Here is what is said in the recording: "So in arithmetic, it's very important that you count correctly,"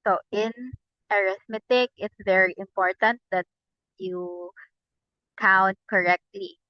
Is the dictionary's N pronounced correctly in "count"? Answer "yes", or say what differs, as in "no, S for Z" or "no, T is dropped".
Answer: yes